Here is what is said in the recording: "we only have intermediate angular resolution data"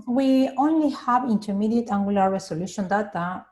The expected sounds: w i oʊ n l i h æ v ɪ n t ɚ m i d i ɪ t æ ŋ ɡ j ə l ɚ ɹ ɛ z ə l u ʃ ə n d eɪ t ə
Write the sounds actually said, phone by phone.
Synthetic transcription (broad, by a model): w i oʊ n l i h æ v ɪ n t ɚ m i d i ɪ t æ ŋ ɡ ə l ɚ ɹ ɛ s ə l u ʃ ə n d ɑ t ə